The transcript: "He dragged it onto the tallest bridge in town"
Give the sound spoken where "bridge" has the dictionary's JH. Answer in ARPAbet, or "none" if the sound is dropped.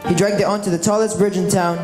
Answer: JH